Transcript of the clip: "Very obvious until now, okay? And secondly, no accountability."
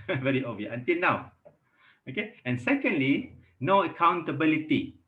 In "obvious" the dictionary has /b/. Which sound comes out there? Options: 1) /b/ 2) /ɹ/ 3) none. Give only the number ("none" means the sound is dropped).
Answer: 3